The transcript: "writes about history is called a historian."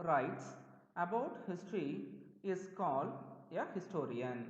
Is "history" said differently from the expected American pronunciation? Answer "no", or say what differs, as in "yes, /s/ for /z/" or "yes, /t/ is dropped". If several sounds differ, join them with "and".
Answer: no